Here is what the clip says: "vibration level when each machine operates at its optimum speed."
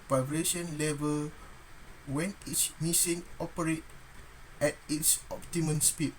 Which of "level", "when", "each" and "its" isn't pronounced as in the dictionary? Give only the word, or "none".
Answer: each